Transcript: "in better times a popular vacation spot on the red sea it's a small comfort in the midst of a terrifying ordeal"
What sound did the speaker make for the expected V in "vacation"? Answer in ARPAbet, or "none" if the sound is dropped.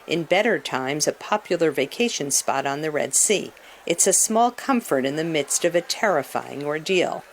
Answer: V